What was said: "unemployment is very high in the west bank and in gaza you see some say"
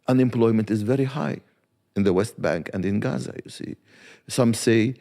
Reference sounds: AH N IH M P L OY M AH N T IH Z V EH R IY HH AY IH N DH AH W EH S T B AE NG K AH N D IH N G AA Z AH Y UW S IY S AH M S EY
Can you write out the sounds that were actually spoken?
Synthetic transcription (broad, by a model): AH N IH M P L OY M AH N T IH Z V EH R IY HH AY IH N DH AH W EH S T B AE NG K AH N D IH N G AA Z AH Y UW S IY S AH M S EY